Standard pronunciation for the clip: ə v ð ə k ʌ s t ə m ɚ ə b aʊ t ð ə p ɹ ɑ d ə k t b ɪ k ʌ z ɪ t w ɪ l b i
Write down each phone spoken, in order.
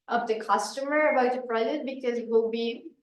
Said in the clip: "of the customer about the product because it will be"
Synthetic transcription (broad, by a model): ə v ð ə k ʌ s t ə m ɚ ə b aʊ t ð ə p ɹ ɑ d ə t b ɪ k ʌ z ɪ t w ɪ l b i